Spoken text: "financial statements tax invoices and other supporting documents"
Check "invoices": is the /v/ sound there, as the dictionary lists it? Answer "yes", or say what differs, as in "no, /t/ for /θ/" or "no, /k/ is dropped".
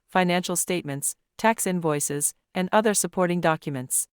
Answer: yes